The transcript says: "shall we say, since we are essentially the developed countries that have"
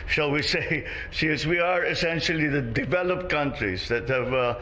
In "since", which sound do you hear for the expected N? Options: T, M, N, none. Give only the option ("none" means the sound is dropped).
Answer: none